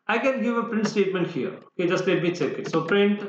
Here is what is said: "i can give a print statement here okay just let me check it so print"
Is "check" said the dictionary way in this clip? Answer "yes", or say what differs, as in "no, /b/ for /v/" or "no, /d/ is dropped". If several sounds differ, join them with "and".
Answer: no, /s/ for /tʃ/